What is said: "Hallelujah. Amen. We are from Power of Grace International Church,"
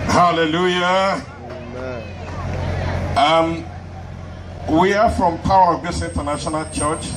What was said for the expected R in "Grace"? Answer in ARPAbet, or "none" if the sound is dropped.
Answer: none